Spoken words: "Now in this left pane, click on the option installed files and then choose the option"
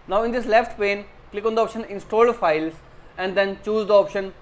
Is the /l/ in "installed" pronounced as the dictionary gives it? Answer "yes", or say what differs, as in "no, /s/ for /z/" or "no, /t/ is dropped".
yes